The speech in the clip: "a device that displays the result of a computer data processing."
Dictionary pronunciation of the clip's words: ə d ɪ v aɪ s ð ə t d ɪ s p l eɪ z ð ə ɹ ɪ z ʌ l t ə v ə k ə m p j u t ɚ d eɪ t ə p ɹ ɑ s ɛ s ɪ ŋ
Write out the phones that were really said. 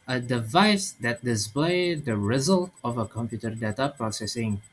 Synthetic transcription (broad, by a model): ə d ɪ v aɪ s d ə t d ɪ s p l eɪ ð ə ɹ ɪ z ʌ l t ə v ə k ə m p j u t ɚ d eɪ t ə p ɹ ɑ s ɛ s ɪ ŋ